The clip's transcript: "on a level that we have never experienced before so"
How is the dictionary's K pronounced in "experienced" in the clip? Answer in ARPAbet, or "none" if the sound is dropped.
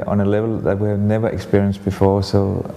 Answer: K